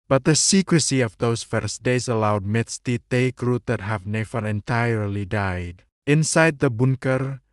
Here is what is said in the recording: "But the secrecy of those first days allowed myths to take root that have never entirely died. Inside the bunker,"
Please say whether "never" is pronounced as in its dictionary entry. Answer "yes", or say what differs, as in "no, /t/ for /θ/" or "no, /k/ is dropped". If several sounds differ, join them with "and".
no, /f/ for /v/